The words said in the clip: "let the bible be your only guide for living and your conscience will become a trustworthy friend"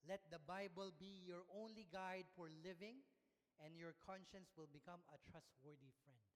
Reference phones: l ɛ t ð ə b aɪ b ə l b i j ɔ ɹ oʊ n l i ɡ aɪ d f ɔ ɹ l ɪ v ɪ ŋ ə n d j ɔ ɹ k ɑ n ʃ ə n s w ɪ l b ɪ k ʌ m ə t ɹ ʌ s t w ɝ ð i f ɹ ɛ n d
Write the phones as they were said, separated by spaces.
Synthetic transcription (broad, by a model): l ɛ t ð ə b aɪ b ə l b i j ɔ ɹ oʊ n l i ɡ aɪ d f ɔ ɹ l ɪ v ɪ ŋ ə n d j ɔ ɹ k ɑ n ʃ ə n s w ɪ l b ɪ k ʌ m ə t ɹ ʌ s t w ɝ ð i f ɹ ɛ n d